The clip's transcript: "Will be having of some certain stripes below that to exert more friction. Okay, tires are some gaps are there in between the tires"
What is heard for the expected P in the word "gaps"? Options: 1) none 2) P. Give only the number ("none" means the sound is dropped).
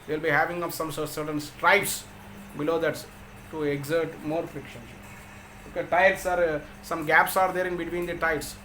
2